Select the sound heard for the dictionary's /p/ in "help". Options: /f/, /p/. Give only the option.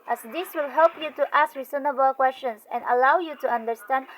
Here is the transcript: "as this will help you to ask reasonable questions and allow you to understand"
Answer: /p/